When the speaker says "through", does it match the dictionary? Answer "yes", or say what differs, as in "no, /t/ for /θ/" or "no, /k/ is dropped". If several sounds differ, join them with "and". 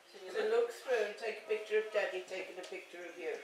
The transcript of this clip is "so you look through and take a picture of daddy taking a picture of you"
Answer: no, /s/ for /θ/